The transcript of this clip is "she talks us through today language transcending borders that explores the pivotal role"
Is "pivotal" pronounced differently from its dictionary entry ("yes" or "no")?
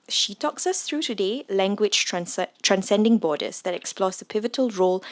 no